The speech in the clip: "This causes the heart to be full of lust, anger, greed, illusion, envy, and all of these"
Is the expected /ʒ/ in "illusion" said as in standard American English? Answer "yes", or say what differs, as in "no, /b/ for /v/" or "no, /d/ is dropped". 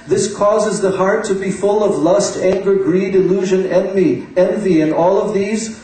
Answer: yes